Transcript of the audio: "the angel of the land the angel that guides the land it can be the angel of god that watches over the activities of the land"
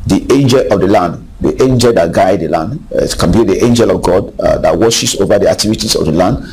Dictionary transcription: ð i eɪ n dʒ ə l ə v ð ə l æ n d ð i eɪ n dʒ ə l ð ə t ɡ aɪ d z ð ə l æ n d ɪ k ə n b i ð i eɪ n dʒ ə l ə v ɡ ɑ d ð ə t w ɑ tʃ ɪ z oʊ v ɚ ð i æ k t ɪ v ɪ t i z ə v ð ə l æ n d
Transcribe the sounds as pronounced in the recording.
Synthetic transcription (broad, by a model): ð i eɪ n dʒ ə l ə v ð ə l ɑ n d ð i eɪ n dʒ ə l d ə t ɡ aɪ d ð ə l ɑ n d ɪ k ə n b i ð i eɪ n dʒ ə l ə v ɡ ɑ d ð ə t w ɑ ʃ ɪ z oʊ v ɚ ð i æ k t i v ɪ t i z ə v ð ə l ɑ n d